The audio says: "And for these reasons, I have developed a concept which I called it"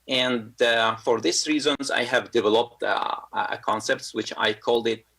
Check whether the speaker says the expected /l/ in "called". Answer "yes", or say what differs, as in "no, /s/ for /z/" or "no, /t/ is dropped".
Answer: yes